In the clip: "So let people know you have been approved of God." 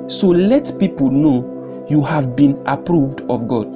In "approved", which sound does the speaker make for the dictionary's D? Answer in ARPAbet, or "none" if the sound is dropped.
D